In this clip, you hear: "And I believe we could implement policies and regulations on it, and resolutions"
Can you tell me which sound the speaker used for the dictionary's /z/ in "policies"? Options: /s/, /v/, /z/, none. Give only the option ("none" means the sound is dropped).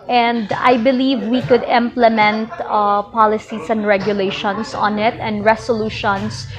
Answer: /s/